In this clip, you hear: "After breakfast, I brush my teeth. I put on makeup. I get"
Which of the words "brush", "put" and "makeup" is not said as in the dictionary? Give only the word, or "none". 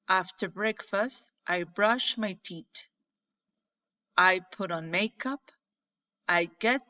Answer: none